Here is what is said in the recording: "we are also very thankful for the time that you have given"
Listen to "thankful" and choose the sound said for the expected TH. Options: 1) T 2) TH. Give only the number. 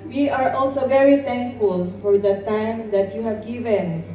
1